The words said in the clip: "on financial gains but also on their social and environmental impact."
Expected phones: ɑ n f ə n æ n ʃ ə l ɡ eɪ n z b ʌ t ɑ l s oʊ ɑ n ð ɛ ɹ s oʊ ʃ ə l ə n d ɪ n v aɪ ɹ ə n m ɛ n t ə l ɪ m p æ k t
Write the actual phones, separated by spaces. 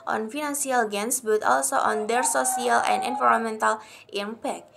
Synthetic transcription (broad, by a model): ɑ n f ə n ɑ n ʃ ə l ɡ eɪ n s b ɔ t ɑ l s oʊ ɑ n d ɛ ɹ s oʊ s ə l ə n d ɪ n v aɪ ɹ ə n m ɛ n t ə l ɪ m p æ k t